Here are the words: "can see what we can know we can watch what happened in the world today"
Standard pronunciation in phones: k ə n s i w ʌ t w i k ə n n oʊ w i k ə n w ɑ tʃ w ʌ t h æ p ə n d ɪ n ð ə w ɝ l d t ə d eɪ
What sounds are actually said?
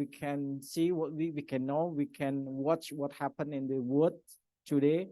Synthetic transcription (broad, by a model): k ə n s i w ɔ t w i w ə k n oʊ w i k ə n w ɑ tʃ w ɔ t h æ p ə n ɪ n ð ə w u d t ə d eɪ